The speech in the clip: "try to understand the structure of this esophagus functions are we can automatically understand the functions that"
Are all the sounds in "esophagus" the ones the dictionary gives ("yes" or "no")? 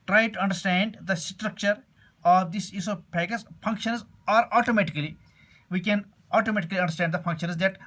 no